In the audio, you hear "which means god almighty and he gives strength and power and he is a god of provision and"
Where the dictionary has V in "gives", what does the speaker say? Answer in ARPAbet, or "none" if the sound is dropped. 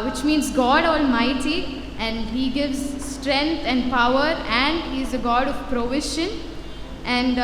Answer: V